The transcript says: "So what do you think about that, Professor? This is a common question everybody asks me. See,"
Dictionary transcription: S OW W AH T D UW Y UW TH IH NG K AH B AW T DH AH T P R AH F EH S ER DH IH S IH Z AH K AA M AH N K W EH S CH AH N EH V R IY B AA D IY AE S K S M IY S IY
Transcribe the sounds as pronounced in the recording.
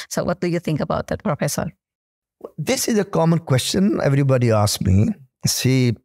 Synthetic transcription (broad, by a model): S OW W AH T D UW Y UW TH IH NG K AH B AW T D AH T P R AH F EH S ER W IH S IH Z AH K AA M AH N K W EH S CH AH N EH V R IY B AA D IY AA S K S M IY S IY